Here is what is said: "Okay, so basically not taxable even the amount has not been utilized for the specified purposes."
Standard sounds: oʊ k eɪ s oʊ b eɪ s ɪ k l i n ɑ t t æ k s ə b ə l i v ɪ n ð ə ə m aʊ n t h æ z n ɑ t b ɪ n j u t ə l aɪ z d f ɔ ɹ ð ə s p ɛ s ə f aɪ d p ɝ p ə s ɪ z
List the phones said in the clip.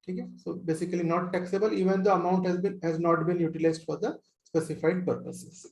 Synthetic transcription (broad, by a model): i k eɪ s oʊ b eɪ s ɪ k l i n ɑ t t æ k s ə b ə l i v ɪ n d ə ə m aʊ n t h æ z n ɑ t b ɪ n j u t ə l aɪ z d f ɔ ɹ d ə s p ɛ s ə f aɪ d p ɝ p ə s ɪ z